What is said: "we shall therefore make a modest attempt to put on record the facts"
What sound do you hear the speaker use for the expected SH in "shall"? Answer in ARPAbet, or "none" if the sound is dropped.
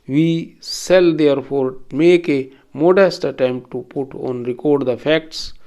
S